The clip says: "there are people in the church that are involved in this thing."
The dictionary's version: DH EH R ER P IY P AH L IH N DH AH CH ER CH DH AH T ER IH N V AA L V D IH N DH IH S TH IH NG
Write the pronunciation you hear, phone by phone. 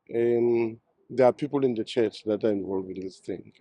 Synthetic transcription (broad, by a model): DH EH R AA P IY P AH L IH N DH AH CH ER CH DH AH T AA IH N V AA L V IH N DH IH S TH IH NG